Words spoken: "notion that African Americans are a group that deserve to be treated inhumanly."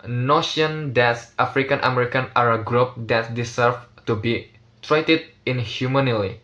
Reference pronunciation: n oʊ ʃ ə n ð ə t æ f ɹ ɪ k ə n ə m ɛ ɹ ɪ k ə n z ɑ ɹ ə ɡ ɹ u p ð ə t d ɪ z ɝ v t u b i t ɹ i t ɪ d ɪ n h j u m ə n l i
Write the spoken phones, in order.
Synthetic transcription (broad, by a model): n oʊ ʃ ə n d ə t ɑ f ɹ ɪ k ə n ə m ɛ ɹ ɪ k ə n ɑ ɹ ə ɡ ɹ u p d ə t d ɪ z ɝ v t u b i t ɹ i t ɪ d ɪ n h j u m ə n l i